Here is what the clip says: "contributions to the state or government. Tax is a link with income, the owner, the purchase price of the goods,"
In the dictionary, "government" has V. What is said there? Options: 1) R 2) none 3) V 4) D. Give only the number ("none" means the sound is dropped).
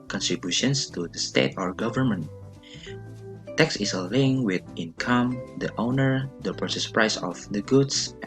3